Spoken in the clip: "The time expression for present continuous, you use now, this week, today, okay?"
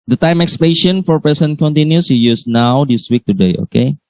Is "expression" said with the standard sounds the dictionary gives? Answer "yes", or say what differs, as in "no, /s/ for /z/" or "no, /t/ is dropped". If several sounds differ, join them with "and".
no, /l/ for /ɹ/